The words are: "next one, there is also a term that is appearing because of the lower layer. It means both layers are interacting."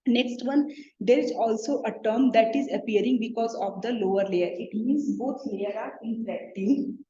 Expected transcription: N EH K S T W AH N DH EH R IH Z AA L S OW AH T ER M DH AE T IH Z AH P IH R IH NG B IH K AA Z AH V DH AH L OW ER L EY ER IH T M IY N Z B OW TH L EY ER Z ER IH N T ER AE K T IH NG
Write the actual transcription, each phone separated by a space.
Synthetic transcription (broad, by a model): N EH K S T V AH N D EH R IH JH AA L S OW AH T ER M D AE T IH Z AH P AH R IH NG B IH K AA Z AH V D AH L OW ER L EY ER IH T M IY N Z B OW T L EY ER ER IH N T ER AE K T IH